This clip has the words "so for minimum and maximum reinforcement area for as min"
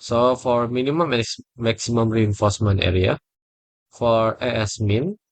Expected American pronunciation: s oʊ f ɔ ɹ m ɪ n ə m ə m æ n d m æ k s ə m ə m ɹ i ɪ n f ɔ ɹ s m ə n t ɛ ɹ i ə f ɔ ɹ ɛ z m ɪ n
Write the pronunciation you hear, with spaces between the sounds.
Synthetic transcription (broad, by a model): s oʊ f ɔ ɹ m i n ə m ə m m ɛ k s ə m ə m ɹ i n f ɔ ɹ s m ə n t ɛ ɹ i ə f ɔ ɹ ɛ s m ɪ n